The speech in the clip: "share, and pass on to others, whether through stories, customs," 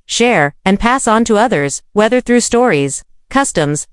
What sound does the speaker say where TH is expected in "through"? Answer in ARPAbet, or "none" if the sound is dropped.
TH